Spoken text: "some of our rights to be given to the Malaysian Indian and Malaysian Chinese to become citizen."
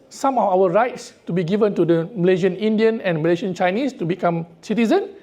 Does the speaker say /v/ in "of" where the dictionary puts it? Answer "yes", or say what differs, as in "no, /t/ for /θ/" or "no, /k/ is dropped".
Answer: no, /f/ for /v/